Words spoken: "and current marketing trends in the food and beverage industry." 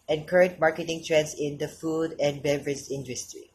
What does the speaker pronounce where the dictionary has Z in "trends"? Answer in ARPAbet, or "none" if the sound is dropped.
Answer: S